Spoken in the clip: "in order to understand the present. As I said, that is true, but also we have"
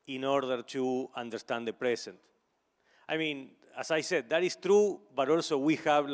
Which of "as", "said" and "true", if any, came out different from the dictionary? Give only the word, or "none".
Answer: as